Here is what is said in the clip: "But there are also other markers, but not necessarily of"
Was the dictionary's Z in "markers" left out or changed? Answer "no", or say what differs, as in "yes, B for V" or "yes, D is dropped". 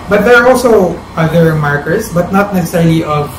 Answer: yes, S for Z